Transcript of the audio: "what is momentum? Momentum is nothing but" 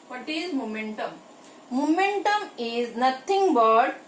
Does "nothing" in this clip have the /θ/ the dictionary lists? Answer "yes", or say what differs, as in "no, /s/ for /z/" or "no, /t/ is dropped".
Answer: no, /t/ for /θ/